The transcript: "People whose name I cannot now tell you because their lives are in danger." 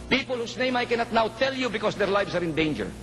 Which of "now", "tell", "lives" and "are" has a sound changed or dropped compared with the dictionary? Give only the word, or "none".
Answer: lives